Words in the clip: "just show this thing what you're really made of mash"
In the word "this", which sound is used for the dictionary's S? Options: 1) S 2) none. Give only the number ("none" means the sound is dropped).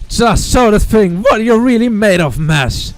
2